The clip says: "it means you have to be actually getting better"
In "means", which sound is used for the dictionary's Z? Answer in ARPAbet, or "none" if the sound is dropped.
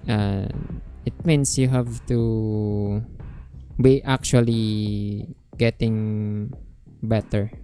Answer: S